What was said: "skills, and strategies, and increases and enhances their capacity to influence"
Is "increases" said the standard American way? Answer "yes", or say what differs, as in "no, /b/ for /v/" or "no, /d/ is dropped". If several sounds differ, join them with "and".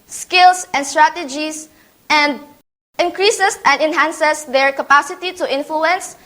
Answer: no, /s/ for /z/